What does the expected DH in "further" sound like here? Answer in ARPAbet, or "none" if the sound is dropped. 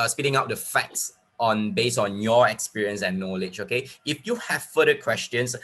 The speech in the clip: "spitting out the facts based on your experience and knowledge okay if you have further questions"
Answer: none